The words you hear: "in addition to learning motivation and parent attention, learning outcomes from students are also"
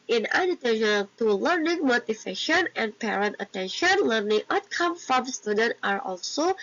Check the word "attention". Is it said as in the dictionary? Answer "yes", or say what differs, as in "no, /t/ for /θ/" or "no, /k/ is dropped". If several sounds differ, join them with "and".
yes